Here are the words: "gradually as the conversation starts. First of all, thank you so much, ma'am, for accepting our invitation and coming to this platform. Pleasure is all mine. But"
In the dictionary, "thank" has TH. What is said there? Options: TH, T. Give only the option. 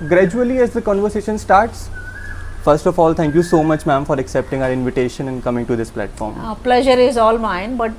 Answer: T